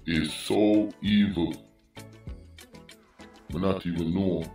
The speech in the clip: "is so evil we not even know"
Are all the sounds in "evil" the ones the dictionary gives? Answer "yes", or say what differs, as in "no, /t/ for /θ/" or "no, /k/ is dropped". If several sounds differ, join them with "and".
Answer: yes